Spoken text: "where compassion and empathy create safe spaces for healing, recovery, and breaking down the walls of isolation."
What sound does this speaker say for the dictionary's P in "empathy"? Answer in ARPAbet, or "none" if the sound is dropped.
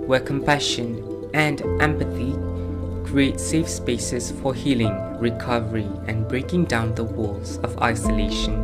P